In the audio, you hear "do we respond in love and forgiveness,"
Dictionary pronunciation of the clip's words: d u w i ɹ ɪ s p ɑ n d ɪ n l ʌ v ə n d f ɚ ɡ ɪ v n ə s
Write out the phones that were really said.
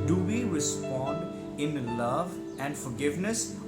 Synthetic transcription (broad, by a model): d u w i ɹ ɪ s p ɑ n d ɪ n l ʌ v ə n d f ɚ ɡ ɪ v n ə s